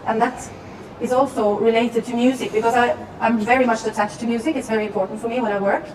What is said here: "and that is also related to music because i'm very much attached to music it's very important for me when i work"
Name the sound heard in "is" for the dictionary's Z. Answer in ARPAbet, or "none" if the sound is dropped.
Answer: Z